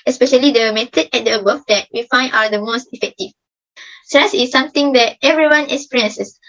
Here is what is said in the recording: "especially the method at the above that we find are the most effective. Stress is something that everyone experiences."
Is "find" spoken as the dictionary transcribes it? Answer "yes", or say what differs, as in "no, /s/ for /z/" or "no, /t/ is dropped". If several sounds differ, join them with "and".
no, /d/ is dropped